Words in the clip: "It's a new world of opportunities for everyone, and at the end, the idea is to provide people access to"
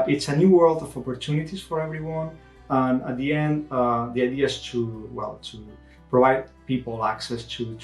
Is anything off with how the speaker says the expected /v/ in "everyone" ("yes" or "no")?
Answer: no